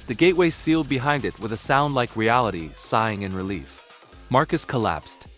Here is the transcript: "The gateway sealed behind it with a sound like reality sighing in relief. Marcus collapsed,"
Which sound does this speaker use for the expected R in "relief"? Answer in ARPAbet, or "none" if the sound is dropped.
R